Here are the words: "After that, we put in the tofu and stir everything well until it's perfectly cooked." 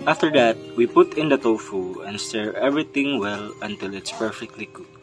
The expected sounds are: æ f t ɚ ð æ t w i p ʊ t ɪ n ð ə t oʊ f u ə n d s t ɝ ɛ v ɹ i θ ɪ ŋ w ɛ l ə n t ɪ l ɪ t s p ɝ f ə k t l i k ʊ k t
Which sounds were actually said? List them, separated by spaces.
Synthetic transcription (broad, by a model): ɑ f t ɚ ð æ t w i p ʊ t ɪ n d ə t oʊ f u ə n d s t ɝ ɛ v ɹ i t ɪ ŋ w ɛ l ə n t ɪ l ɪ t s p ɝ f ə k t l i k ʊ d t